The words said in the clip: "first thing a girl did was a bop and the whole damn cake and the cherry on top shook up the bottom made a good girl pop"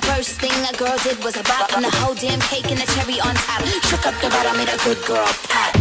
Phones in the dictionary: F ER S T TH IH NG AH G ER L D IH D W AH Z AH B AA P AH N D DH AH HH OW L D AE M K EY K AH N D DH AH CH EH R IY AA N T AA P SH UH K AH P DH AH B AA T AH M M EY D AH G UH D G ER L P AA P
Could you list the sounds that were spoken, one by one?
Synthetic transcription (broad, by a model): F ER S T TH IH NG AH G ER L D IH D W AH Z AH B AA AH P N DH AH HH OW L D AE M K EY K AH N DH AH CH EH R IY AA N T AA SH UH K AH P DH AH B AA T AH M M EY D AH G UH D G ER L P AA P